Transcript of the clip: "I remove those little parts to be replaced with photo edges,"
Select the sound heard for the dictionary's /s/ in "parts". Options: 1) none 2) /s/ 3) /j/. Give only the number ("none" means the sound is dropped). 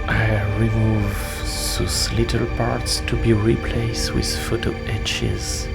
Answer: 2